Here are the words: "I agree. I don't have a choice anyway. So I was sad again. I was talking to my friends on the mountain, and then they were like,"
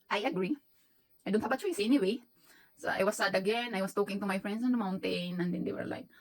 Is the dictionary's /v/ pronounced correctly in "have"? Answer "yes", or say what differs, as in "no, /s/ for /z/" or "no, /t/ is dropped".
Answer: no, /b/ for /v/